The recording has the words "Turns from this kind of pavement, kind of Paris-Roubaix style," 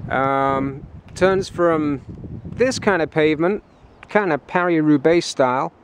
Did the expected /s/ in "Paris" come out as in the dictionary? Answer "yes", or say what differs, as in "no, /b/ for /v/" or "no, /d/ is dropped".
no, /s/ is dropped